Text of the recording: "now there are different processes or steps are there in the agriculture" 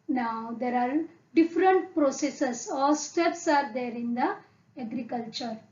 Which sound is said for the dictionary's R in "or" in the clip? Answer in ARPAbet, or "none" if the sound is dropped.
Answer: L